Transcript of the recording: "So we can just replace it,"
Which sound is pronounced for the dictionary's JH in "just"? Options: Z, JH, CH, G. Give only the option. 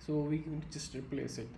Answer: CH